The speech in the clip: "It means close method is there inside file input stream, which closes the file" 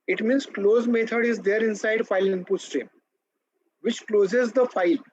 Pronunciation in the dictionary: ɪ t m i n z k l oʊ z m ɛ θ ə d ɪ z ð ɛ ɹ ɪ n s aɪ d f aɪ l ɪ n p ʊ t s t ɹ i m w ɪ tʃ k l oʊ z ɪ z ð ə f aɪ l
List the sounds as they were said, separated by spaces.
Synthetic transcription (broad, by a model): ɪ t m i n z k l oʊ z m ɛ t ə d ɪ z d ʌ ɹ ɪ n s aɪ d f aɪ l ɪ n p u s t ɹ i m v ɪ tʃ k l oʊ z ɪ z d ə f aɪ l